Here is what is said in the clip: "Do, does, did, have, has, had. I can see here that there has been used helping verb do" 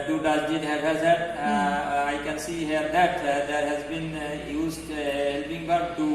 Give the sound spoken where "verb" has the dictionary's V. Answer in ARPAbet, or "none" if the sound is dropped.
B